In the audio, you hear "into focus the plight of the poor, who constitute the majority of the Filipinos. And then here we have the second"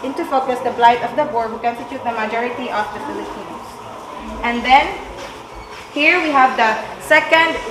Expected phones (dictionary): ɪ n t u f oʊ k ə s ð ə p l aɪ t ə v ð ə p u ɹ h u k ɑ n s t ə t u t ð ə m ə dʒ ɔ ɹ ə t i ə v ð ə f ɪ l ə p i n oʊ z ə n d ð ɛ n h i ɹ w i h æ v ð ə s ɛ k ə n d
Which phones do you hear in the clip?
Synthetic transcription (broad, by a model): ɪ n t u f oʊ k ə s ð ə b l aɪ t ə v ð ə b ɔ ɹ h u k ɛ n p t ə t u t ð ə m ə dʒ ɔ ɹ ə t i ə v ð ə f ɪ l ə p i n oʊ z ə n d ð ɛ n h i ɹ w i h æ v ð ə s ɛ k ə n d